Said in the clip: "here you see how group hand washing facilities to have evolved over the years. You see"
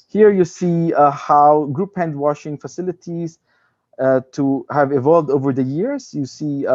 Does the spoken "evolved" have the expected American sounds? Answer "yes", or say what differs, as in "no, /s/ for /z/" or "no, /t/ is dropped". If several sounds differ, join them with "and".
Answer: yes